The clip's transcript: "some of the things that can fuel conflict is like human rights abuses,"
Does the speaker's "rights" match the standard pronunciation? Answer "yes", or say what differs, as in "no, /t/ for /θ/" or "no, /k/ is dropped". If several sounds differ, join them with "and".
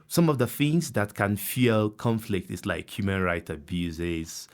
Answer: no, /s/ is dropped